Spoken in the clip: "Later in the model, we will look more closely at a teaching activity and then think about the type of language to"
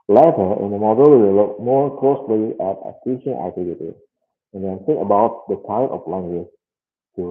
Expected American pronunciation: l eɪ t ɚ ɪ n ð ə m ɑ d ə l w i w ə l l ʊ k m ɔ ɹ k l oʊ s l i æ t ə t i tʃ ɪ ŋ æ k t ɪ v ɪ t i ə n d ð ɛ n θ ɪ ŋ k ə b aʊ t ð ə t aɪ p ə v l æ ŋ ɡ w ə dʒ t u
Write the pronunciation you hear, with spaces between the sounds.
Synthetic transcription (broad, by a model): l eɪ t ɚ ɪ n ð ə m ɑ d ə l w i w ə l l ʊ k m ɔ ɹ k l oʊ s l i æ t ə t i ʃ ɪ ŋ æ k t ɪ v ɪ t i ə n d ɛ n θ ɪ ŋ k ə b aʊ t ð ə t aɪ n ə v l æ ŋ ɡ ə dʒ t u